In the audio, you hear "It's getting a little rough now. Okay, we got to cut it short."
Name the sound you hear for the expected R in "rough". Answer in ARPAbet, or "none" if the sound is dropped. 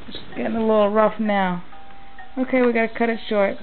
R